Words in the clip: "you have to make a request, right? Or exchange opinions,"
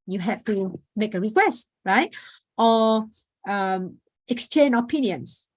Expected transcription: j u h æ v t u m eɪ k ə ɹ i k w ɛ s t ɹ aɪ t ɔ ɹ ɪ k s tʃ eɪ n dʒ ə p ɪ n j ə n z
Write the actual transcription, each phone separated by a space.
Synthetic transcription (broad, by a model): j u h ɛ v t u m eɪ k ə ɹ i k w ɛ s t ɹ aɪ t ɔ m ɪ k s tʃ eɪ n ə p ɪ n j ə n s